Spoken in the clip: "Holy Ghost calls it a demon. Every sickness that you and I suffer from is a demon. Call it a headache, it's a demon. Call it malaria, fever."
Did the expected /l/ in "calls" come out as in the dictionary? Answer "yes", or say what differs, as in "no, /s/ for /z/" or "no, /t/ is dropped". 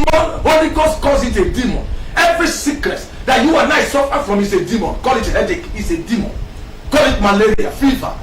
no, /l/ is dropped